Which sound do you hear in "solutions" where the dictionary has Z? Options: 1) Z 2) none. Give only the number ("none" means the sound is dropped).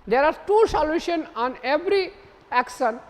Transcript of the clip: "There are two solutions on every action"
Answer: 2